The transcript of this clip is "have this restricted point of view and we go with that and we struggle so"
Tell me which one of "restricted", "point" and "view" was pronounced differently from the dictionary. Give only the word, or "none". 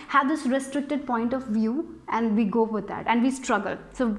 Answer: none